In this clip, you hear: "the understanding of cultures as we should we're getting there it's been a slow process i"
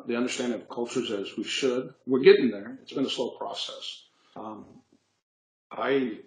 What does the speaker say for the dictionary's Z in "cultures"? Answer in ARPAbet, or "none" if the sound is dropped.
Z